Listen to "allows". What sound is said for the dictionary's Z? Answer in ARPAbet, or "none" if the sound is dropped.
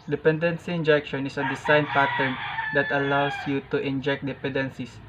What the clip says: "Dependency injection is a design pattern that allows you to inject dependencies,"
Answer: S